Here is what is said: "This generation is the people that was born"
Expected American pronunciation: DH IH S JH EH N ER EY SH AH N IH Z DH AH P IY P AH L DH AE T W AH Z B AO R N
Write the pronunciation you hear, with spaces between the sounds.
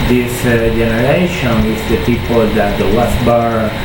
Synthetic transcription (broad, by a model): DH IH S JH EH N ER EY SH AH N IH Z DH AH P IY P AH L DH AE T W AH S B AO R